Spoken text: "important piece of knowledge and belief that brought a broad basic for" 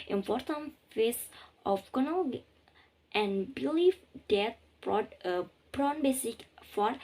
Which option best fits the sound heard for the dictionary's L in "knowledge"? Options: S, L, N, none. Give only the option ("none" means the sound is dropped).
N